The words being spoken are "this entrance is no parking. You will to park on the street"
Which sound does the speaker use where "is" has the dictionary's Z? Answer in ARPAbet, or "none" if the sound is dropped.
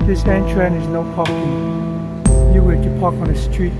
Z